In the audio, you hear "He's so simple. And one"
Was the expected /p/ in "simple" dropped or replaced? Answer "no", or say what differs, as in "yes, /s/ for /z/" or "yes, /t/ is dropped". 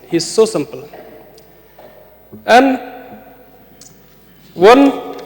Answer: no